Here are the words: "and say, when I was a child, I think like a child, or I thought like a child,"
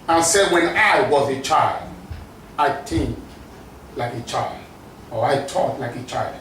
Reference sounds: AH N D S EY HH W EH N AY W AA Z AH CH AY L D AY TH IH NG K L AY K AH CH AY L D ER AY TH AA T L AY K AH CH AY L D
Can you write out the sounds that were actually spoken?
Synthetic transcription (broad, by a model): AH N S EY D W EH N AY W AA Z AH CH AY L D AY T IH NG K L AY K AH CH AY L D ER AY T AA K L AY K AH CH AY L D